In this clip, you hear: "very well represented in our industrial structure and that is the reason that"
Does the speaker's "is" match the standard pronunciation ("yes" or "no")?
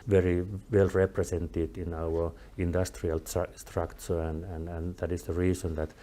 no